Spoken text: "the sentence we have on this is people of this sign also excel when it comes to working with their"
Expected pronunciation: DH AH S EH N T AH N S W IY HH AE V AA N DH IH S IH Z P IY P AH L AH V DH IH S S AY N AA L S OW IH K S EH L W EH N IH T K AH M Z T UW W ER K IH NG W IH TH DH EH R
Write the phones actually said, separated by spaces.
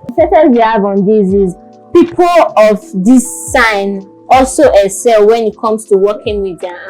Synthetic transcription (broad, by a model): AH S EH T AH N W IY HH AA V AA N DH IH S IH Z P IY P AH L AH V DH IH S S AY N AA L S OW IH S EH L W EH N IH T K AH M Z T UW W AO K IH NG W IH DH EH